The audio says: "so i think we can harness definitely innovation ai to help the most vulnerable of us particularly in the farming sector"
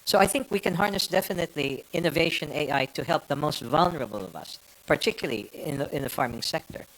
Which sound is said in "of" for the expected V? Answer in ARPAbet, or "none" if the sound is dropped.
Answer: V